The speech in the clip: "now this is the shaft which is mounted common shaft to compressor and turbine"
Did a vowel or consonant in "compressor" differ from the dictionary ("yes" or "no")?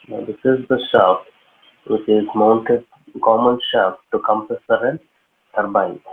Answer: yes